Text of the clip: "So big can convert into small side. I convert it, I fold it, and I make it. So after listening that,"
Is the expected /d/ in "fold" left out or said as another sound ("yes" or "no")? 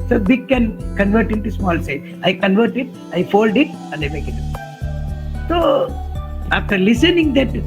no